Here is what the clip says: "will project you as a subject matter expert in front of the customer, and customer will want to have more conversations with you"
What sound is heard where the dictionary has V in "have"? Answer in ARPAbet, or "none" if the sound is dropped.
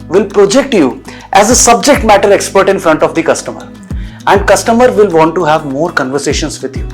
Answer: V